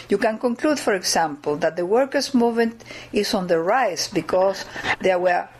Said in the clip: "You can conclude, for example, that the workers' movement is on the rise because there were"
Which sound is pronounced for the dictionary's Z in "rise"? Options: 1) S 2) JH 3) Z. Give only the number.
1